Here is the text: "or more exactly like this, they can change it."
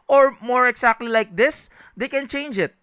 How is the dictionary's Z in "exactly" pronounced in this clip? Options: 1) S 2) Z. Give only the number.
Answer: 1